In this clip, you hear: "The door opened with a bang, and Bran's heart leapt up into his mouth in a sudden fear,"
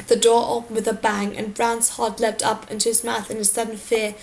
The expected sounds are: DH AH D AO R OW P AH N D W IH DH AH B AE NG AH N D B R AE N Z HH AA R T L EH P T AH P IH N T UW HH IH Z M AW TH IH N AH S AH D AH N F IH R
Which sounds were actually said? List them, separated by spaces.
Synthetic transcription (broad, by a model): DH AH D AO R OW P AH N W IH DH AH B AE NG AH N B R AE N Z HH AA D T L EH P T AH P IH N T UW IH Z M AW TH IH N AH S AH D N F IH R